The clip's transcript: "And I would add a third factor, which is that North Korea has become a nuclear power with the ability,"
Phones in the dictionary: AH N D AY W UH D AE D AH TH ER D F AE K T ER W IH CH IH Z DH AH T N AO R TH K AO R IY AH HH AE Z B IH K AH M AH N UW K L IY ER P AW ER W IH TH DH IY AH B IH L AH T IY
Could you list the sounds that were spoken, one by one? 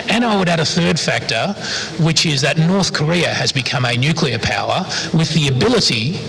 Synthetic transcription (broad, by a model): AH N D AY W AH D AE D AH TH ER D F AE K T ER W IH CH IH Z DH AH T N AO R TH K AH R IY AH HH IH Z B IH K AH M AH N UW K L IY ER P AW ER W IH DH IY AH B IH L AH T IY